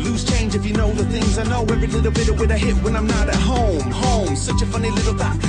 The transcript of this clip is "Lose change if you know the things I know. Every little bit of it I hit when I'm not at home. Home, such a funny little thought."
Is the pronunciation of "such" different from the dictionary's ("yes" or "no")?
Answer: no